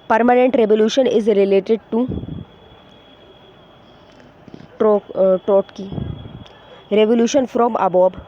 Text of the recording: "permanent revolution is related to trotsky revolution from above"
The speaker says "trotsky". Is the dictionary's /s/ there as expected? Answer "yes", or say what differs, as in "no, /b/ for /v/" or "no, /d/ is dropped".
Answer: no, /s/ is dropped